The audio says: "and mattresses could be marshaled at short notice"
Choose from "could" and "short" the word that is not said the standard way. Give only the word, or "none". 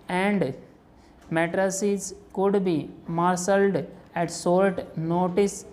short